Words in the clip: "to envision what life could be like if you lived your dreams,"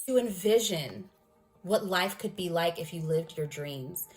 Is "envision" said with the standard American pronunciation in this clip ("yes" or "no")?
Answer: yes